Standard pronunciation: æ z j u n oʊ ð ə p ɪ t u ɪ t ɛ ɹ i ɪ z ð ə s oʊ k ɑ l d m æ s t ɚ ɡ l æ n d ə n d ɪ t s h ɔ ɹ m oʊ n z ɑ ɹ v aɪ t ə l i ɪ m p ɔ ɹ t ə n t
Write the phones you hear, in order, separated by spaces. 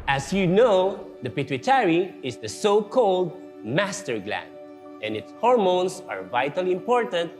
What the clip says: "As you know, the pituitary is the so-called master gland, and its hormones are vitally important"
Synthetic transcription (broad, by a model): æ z j u n oʊ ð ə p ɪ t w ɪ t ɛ ɹ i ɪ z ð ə s oʊ k ɑ l d m æ s t ɚ ɡ l æ n d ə n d ɪ t s h ɔ ɹ m oʊ n s ɑ ɹ v aɪ t ə l i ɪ m p ɔ ɹ t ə n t